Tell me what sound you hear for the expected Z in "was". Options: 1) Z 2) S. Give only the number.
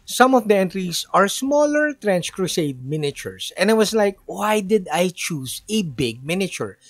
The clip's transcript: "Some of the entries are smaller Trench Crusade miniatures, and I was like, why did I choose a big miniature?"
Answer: 2